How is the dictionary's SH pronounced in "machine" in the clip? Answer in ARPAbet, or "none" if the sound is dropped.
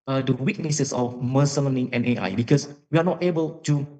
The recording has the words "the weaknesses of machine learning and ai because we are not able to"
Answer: S